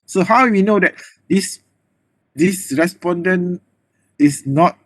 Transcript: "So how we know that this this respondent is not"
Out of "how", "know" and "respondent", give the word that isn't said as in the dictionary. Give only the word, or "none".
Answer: respondent